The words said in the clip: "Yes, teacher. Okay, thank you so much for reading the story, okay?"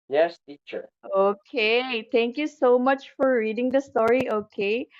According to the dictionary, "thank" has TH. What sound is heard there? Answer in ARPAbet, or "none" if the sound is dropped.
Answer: T